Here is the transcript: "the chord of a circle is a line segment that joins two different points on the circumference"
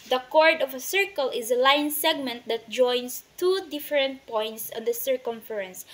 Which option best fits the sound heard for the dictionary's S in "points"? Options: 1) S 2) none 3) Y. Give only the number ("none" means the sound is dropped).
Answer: 1